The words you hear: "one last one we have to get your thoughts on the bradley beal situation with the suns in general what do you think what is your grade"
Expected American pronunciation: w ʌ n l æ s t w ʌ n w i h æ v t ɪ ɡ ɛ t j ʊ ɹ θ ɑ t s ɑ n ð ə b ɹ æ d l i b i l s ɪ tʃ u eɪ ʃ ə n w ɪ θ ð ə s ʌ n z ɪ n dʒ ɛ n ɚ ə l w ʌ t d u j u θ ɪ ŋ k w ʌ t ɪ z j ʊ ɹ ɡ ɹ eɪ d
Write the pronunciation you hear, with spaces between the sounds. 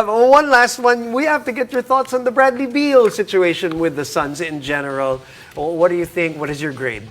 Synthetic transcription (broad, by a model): w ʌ n l æ s t w ʌ n w i h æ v t ɪ ɡ ɛ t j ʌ ɹ θ ɑ t s n ð ə b ɹ æ d l i b i l s ɪ tʃ u eɪ ʃ ə n w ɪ ð ə s ʌ n z ɪ n dʒ ɛ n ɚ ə l w ʌ t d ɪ j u θ ɪ ŋ k w ʌ t ɪ z j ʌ ɹ ɡ ɹ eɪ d